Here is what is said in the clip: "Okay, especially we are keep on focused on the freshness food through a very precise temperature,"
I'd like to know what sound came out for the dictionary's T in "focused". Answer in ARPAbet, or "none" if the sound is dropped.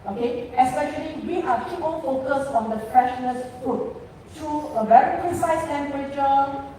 none